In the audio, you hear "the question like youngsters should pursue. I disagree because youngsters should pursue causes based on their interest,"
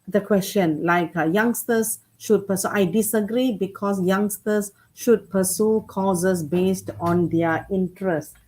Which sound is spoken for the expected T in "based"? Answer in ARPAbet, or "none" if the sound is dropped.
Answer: T